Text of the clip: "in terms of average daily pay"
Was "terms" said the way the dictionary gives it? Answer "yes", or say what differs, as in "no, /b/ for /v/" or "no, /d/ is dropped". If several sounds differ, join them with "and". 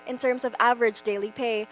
yes